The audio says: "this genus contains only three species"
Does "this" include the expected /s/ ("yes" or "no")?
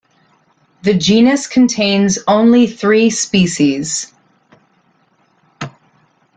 no